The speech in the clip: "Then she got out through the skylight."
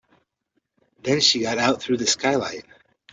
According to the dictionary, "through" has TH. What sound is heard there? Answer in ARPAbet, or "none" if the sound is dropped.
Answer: TH